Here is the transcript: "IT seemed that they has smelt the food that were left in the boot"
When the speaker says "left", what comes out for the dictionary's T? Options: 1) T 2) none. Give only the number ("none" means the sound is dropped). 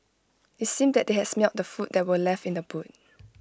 1